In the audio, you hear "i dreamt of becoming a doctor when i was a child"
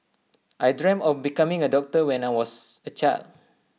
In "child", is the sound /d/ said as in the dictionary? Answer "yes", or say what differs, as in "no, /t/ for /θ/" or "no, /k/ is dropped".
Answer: no, /d/ is dropped